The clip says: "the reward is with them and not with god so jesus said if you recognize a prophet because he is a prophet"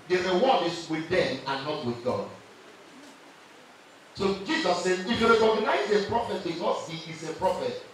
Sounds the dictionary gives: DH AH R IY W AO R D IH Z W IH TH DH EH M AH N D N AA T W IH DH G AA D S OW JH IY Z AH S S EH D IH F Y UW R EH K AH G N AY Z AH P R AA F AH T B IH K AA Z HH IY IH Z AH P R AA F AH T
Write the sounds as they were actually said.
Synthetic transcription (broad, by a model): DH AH R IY W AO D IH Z W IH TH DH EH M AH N N AA T W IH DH G AA D S OW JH IY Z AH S S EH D IH F Y UW R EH K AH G N AY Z AH P R AA F AH T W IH AA S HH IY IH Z AH P R AA F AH T